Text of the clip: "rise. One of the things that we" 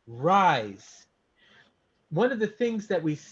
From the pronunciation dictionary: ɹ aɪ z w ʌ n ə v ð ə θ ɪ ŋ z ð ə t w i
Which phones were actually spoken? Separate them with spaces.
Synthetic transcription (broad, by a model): ɹ aɪ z w ʌ n ə v ð ə θ ɪ ŋ z ð ə t w i